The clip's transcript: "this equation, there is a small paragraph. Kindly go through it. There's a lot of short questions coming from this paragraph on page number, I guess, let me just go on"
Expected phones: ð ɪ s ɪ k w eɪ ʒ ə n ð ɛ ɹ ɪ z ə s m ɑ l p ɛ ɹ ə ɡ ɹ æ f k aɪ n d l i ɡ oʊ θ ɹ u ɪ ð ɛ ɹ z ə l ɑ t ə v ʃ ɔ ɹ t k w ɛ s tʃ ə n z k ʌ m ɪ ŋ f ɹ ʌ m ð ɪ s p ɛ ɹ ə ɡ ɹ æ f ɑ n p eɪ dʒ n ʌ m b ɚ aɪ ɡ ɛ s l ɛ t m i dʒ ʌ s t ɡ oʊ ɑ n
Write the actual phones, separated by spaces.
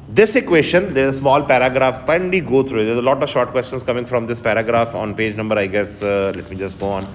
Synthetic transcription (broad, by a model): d ɪ s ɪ k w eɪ ʃ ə n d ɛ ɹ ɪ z ə s m ɑ l p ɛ ɹ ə ɡ ɹ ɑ f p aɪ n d i ɡ oʊ t ɹ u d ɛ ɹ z ə l ɑ t ə v ʃ ɔ ɹ t k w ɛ s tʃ ə n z k ʌ m ɪ ŋ f ɹ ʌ m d ɪ s p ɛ ɹ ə ɡ ɹ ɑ f ɑ n p eɪ dʒ n ʌ m b ɚ aɪ ɡ ɛ s l ɛ t m i dʒ ʌ s t ɡ oʊ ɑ n